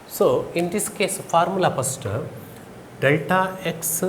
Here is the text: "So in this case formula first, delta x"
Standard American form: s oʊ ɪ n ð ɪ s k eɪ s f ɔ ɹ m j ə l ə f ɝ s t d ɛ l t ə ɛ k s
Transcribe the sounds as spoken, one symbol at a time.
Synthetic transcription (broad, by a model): s oʊ ɪ n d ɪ s k eɪ s f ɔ ɹ m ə l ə p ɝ s t d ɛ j t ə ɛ k s